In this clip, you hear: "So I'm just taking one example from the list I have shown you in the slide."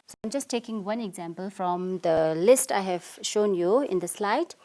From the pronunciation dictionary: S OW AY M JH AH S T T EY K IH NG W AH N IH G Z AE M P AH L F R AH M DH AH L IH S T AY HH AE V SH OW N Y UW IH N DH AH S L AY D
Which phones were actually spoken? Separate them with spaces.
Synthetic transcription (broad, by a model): S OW AY M JH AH S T T EY K IH NG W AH N IH G Z AE M P AH L F R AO M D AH L IH S T AY HH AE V SH OW N Y UW IH N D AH S L AY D